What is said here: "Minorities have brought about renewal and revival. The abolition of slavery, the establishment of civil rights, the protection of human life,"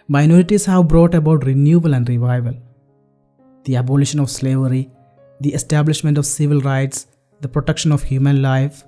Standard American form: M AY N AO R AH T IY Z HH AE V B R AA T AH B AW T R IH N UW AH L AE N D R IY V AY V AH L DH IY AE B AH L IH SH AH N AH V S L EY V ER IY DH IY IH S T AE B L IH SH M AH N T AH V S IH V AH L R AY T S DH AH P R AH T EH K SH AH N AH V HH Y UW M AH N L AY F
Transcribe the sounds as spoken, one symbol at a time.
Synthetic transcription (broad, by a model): M AY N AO R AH T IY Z HH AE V B R AA T AH B AW T R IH N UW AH L AE N D R IY V AY V AH L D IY AE B AH L IH SH AH N AH V S L EY V ER IY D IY IH S T AE B L IH SH M AH N T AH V S IH V AH L R AY T S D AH P R AH T EH K SH AH N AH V HH Y UW M AH N L AY F